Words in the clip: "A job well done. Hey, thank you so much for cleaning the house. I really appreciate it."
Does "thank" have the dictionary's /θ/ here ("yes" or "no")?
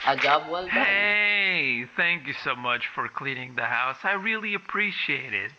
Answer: yes